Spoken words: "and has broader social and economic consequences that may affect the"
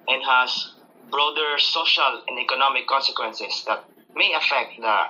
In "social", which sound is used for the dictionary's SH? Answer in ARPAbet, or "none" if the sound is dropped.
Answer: SH